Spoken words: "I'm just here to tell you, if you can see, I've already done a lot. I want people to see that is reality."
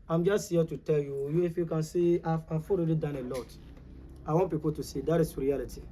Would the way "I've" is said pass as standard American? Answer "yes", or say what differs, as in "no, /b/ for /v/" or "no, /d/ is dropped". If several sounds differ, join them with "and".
no, /f/ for /v/